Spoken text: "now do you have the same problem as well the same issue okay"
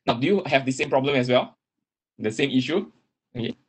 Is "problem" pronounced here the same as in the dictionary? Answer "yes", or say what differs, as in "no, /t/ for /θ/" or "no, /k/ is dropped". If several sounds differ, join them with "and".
yes